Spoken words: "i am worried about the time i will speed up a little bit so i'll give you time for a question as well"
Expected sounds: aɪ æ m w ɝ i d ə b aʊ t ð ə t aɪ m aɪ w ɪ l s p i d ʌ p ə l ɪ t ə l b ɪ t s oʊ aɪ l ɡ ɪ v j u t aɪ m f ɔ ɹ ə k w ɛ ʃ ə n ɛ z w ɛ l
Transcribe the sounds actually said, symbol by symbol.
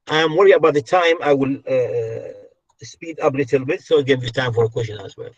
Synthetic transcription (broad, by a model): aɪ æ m w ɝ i ə b aʊ t ð ə t aɪ m aɪ w ɪ l s p i d ʌ p l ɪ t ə l b ɪ t s oʊ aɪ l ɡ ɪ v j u t aɪ m f ɔ ɹ ə k w ɛ ʃ ə n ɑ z w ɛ l